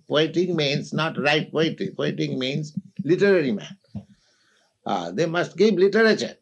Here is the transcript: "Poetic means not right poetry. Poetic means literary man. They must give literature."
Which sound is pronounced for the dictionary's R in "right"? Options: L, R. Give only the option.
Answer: R